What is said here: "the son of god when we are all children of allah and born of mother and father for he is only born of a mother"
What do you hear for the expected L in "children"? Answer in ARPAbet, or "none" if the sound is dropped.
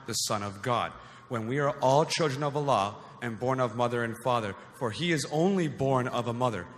L